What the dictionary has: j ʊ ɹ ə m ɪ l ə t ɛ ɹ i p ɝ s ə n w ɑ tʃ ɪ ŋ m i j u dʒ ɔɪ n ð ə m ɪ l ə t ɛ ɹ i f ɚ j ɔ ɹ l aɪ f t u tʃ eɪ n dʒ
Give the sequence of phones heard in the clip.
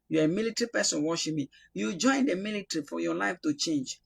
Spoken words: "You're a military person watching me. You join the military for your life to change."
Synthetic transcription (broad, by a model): j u ə m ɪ l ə t ɹ i p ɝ s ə n w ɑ ʃ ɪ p m i j u dʒ ɔɪ n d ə m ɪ l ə t ɹ i f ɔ j ɔ l aɪ f t u tʃ eɪ n dʒ